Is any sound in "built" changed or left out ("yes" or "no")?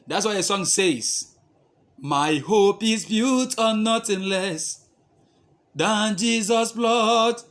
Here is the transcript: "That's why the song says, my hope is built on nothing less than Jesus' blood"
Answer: yes